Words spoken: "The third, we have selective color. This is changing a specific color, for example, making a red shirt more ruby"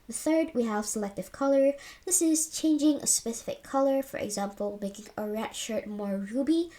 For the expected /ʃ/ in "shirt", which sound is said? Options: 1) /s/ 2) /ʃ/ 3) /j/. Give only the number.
2